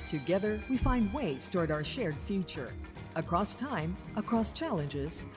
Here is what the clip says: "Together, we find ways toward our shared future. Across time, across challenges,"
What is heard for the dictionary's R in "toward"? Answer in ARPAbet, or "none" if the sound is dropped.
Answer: R